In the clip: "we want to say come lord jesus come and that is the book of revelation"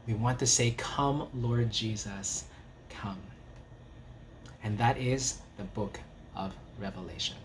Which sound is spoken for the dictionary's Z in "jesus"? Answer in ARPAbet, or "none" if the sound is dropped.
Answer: Z